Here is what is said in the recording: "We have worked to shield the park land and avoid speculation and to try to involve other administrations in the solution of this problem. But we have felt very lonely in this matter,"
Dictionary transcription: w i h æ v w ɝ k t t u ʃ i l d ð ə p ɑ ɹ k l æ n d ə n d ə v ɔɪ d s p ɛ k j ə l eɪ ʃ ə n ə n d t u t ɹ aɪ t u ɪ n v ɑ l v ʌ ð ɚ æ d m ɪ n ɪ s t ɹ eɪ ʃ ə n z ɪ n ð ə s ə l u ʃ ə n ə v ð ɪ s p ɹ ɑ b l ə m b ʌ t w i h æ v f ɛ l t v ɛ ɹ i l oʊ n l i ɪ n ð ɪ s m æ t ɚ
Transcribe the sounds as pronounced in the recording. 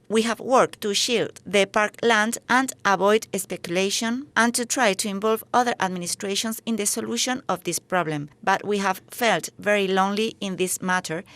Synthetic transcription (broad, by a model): w i h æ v w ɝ k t t u ʃ i l d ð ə p ɑ ɹ k l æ n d ə n d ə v ɔɪ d s p ɛ k j ə l eɪ ʃ ə n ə n t u t ɹ aɪ t u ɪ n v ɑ l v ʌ ð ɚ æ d m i n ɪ s t ɹ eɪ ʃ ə n s ɪ n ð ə s ə l u ʃ ə n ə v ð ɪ s p ɹ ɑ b l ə m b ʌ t w i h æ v f ɛ l t v ɛ ɹ i l oʊ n l i ɪ n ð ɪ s m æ t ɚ